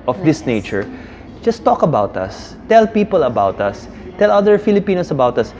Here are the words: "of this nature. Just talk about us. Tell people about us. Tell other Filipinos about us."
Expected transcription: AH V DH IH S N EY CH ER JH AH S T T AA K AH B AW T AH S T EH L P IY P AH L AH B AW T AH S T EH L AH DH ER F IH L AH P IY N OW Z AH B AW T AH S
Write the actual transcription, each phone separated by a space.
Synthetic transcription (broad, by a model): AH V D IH S N EY CH ER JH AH S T T AA K AH B AW T AH S T EH L P IY P AH L AH B AW T AH S T EH L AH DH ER F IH L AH P IY N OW S AH B AW T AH S